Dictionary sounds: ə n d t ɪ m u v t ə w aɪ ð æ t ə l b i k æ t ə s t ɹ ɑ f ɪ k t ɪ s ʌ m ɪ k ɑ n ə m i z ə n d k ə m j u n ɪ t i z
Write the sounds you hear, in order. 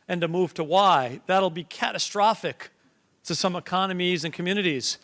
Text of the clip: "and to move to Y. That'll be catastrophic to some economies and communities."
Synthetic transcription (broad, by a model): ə n t ɪ m u v t ə w aɪ ð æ t l b i k æ t ə s t ɹ ɑ f ɪ k t ɪ s ʌ m ɪ k ɑ n ə m i z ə n k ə m j u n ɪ t i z